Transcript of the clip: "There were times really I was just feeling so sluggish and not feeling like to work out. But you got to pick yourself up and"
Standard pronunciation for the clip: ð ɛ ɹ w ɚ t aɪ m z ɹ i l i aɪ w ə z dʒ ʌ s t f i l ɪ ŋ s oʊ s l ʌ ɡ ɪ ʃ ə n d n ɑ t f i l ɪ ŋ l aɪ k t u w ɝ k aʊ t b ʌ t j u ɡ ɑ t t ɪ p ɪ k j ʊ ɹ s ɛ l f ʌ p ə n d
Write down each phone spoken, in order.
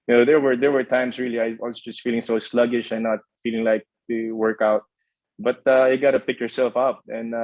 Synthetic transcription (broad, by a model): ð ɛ ɹ w ɚ t aɪ m s ɹ i l i aɪ w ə s dʒ ʌ s t f i l ɪ ŋ s oʊ s l ʌ ɡ ɪ ʃ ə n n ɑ t f i l ɪ ŋ l aɪ k t u w ɝ k aʊ t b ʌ t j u ɡ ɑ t t ɪ p ɪ k j ʊ ɹ s ɛ l f ʌ p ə n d